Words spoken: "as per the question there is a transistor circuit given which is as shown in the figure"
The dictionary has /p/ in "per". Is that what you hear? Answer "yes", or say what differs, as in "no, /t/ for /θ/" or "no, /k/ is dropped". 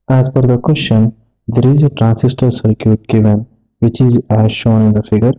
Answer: no, /f/ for /p/